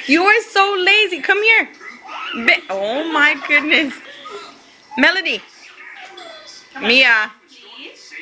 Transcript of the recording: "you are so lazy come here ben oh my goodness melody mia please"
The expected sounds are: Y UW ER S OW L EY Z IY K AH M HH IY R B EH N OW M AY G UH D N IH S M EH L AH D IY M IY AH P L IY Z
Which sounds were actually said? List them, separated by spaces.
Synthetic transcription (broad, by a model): Y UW ER S OW L EY Z IY K AH M HH IY R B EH OW M AY G UH D N IH S M EH L AH D IY M IY AH